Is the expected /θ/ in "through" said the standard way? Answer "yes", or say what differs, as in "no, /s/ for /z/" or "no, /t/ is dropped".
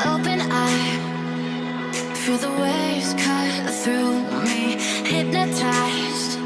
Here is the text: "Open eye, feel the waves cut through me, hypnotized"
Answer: yes